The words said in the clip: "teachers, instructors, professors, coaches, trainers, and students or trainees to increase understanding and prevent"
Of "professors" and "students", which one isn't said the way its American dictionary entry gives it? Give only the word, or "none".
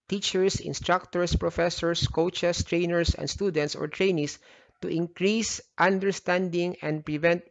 professors